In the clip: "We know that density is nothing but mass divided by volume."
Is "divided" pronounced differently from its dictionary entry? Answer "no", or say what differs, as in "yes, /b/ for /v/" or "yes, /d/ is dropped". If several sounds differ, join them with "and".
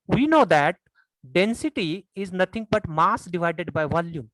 no